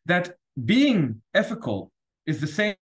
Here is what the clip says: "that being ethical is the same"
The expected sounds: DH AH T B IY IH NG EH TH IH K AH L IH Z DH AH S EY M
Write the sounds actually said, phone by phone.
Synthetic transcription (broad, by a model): DH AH T B IY IH NG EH F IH K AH L IH Z DH AH S EY